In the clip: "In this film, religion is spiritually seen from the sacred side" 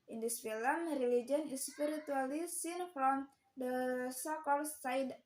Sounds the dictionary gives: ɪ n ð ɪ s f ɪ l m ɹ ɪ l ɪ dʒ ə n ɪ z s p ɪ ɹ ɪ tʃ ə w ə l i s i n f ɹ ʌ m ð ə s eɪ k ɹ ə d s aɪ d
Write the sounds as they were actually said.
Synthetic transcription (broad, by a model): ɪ n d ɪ s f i l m ɹ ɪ l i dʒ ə n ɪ s p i ɹ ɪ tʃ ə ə l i s i n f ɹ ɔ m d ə s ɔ k ə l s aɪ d